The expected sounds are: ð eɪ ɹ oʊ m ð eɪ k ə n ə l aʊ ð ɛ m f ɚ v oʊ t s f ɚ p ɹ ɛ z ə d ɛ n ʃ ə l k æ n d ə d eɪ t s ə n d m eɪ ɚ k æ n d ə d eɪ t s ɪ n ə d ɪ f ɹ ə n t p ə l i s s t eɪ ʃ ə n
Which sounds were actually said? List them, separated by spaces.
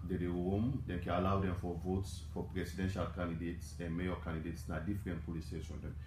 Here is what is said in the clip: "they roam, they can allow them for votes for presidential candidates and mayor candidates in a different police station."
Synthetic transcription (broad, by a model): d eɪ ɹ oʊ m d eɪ k ə n ə l aʊ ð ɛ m f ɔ v oʊ t s f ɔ p ɹ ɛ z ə d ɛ n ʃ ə l k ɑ n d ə d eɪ t s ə n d m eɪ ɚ k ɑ n d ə d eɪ t s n ə d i f ɹ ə n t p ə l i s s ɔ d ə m